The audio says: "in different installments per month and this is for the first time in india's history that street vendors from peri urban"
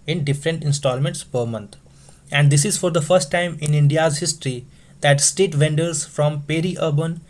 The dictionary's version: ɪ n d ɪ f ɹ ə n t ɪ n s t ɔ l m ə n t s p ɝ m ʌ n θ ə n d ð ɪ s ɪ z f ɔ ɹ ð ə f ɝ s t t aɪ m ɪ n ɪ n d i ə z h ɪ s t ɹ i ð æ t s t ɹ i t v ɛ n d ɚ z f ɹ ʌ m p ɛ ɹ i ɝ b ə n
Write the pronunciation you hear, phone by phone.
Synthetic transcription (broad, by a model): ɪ n d ɪ f ɹ ə n t ɪ n s t ɔ l m ə n t s p ɝ m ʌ n t ə n d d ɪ s ɪ z f ɔ ɹ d ə f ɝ s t t aɪ m ɪ n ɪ n d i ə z h ɪ s t ɹ i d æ t s t ɛ t v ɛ n d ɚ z f ɹ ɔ m p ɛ ɹ i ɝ b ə n